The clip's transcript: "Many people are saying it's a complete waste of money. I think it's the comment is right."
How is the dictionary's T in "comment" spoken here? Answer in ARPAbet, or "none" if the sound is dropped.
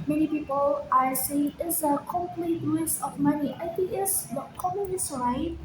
none